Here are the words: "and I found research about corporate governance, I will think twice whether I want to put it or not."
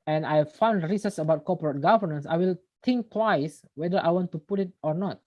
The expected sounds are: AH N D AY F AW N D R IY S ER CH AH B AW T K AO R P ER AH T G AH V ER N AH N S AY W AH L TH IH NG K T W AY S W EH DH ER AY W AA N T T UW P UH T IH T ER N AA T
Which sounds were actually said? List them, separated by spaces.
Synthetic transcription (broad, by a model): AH N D AY F AW N D R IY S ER S AH B AW T K AO P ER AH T G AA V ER N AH N S AY W AH L T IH NG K T W AY S W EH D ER AY W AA N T T UW P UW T IH T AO N AA T